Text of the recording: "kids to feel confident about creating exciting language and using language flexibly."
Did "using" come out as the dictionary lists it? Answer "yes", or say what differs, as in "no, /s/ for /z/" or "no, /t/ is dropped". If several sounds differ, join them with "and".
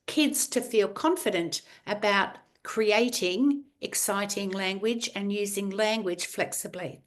yes